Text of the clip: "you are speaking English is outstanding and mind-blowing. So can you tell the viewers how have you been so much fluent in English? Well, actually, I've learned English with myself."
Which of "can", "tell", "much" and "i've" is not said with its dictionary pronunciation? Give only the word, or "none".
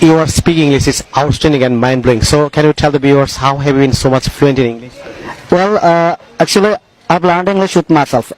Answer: i've